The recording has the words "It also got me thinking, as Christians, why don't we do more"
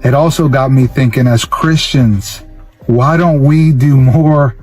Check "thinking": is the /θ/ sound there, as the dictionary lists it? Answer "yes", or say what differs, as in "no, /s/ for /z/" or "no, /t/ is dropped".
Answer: yes